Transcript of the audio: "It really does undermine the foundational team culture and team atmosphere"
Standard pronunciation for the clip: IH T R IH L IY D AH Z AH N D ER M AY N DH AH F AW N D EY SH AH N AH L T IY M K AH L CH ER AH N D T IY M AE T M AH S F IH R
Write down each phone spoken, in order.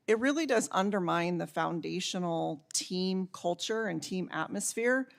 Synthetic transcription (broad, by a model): IH T R IH L IY D AH Z AH N D ER M AY N DH AH F AW N D EY SH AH N L T IY M K AH L CH ER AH N T IY M AE T M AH S F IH R